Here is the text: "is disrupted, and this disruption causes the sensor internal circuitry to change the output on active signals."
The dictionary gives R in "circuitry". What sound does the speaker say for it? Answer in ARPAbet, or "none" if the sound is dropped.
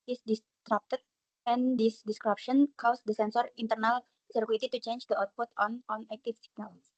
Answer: none